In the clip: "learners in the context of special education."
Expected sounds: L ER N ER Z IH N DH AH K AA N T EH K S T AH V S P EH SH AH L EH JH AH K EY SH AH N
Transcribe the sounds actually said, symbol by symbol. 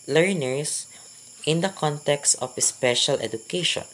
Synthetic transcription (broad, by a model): L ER N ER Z IH N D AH K AA N T EH K S T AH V S P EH SH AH L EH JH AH K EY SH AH N